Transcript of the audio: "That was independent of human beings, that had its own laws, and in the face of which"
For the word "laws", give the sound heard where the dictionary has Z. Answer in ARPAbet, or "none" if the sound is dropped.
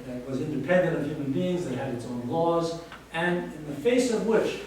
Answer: Z